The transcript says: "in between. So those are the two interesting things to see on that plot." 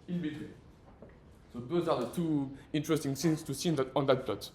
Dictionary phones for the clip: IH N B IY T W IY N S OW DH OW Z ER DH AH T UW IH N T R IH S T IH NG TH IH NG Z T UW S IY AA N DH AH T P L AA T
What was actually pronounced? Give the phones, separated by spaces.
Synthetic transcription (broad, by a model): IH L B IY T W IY S OW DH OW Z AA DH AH T UW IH N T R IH S T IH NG S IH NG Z T UW S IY AA N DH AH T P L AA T